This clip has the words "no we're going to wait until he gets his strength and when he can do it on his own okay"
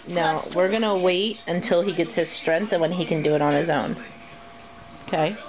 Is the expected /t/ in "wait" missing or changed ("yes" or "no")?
no